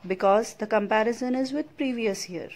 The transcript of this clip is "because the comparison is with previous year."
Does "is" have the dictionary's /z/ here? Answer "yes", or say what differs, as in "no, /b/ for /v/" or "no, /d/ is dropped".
yes